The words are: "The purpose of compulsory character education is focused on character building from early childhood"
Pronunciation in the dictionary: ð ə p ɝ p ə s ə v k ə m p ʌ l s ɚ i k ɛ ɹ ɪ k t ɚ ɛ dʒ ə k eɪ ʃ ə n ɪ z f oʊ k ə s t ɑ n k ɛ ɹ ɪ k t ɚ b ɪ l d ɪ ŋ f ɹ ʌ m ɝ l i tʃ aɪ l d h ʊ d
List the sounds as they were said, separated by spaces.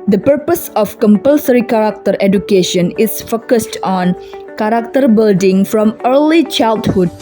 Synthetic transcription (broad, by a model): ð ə p ɝ p ə s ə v k ə m p ʌ l s ɚ i k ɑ ɹ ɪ k t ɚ ɛ dʒ ə k eɪ ʃ ə n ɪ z f oʊ k ə s t ɑ n k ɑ ɹ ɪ k t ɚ b ɪ l d ɪ ŋ f ɹ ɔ m ɝ l i tʃ aɪ l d h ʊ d